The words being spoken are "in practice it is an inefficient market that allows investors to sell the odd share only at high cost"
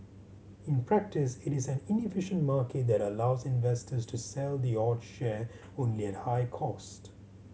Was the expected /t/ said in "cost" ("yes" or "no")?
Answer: yes